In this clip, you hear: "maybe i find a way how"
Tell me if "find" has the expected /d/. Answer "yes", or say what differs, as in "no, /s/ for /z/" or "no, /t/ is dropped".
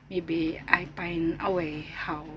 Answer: no, /d/ is dropped